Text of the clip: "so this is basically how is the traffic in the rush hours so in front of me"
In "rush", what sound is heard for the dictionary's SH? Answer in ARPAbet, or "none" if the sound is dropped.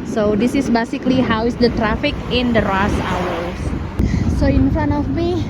S